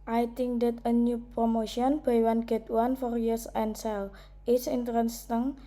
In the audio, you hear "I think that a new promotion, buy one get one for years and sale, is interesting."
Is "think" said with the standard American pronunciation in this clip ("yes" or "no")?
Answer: no